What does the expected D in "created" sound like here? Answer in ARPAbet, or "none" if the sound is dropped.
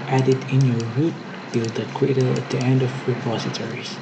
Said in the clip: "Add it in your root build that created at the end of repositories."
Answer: none